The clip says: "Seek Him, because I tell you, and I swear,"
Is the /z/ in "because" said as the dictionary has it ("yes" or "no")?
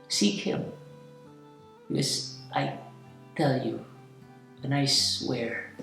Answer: no